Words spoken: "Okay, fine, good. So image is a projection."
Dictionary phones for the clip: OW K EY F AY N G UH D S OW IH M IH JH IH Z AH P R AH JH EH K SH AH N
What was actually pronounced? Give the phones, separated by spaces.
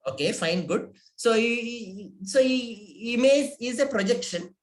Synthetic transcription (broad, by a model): OW K EY F AY N G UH D S OW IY M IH Z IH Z AH P R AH JH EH K SH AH N